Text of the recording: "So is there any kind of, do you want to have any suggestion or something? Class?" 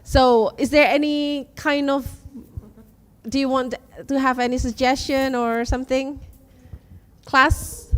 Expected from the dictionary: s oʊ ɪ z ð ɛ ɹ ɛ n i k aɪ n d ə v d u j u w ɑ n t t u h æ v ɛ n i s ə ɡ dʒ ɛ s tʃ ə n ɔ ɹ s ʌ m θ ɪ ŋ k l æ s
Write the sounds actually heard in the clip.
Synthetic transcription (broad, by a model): s oʊ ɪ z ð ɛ ɹ ɛ n i k aɪ n d ə v d u j u w ɑ n t t u h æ v ɛ n i s ə ɡ dʒ ɛ s tʃ ə n ɔ ɹ s ʌ m θ ɪ ŋ k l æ s